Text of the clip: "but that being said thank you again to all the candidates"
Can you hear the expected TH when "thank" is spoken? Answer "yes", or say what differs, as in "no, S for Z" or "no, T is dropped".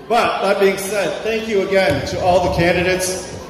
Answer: yes